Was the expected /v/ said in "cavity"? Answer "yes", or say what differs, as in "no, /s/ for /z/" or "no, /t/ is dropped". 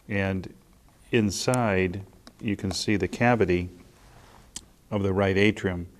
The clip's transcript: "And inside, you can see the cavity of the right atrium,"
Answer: yes